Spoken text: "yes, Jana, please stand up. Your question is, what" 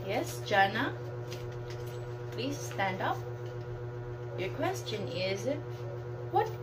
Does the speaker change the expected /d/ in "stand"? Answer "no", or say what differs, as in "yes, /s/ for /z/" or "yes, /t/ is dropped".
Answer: no